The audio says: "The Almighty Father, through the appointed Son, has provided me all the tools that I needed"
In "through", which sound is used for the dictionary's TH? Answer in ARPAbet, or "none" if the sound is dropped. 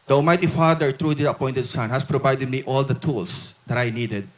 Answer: T